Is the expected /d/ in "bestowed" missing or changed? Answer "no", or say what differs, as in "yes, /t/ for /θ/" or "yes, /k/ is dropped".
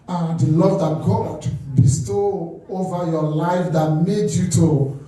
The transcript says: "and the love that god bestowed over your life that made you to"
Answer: yes, /d/ is dropped